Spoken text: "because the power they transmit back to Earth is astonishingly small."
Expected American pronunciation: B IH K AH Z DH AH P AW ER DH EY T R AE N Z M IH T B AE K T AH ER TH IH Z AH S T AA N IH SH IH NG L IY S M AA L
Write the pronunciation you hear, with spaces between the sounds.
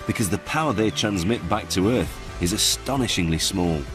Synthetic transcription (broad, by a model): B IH K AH Z DH AH P AW ER DH EY T R AE N Z M IH T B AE K T AH ER TH IH Z AH S T AA N IH SH IH NG L IY S M AA L